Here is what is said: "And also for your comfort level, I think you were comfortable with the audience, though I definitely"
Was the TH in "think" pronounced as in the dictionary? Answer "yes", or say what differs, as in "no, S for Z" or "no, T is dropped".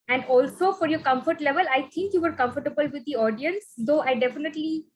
no, T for TH